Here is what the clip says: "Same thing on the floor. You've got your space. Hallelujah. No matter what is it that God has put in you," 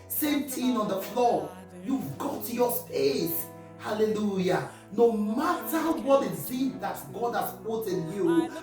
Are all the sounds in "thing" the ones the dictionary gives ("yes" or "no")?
no